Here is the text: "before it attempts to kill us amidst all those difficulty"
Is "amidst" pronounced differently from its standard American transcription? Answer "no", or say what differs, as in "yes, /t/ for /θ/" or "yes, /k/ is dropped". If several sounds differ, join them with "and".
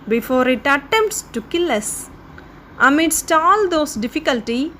no